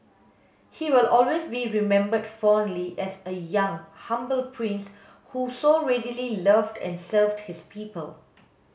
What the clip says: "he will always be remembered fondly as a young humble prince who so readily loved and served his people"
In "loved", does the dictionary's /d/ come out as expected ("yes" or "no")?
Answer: yes